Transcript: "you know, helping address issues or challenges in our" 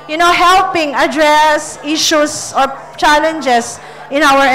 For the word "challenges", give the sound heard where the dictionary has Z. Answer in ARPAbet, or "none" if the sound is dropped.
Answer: S